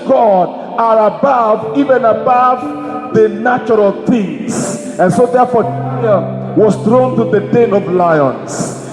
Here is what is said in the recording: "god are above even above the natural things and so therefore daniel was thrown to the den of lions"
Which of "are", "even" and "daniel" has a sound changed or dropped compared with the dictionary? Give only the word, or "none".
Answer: daniel